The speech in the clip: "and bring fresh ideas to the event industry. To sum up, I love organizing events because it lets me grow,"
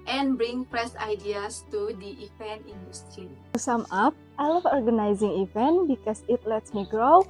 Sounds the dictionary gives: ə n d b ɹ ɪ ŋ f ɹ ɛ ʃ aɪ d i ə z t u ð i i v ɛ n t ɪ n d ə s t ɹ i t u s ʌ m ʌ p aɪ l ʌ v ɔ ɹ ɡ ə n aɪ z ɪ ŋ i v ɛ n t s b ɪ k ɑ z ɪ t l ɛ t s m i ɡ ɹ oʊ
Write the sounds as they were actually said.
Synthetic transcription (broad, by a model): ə n b ɹ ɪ ŋ p ɹ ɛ s aɪ d i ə s t u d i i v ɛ n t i n d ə s t ɹ i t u s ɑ m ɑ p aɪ l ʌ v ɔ ɹ ɡ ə n aɪ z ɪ ŋ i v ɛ n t b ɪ k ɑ s ɪ t l ɛ t s m i ɡ ɹ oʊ